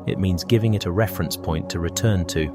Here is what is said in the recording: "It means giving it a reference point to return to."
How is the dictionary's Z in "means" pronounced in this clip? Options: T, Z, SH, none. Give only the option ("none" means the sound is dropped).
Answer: Z